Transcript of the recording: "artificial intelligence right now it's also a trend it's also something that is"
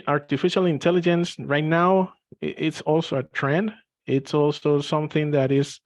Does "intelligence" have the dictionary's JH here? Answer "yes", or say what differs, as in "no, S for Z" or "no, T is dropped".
yes